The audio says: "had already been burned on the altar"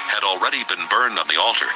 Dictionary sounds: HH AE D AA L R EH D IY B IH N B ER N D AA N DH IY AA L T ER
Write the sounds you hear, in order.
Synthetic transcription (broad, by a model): HH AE D L R EH D IY B IH N B ER N D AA N DH IY AA L T ER